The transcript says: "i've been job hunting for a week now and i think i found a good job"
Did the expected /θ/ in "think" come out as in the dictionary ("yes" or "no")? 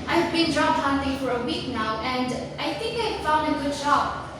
yes